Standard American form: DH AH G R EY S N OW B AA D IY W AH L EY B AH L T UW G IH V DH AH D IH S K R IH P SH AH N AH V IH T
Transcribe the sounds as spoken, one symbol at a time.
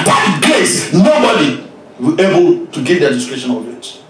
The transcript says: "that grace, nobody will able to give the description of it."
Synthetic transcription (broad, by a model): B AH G EY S N OW B AA D IY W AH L EY B AH L T UW G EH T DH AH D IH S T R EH SH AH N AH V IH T